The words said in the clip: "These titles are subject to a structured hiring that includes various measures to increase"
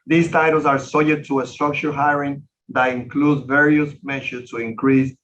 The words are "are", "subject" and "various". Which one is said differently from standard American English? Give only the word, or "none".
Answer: subject